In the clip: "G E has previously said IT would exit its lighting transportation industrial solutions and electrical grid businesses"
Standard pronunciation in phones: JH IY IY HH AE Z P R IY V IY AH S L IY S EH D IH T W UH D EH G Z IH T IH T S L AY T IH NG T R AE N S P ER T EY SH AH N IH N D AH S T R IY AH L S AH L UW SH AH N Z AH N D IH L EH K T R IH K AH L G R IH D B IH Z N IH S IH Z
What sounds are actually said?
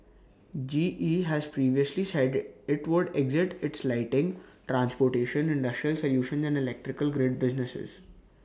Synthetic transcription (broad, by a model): JH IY IY HH AE Z P R IY V IY AH S L IY S EH D IH T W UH D EH G Z IH T IH T S L AY T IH NG T R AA N S P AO T EY SH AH N IH N D AH S T R IY AH L S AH L UW SH AH N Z AH N D IH L EH K T R IH K AH L G R IH D B IH Z N IH S IH Z